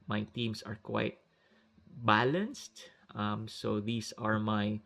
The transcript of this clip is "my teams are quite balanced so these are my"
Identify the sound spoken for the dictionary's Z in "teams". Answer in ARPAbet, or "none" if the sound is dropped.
S